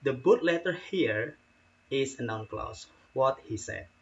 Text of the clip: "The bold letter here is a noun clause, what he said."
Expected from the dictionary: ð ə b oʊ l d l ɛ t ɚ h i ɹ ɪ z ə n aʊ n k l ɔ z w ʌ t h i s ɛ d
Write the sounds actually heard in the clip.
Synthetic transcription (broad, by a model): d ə b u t l ɛ t ɚ h i ɹ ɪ s ə n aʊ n k l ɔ s w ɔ t h i s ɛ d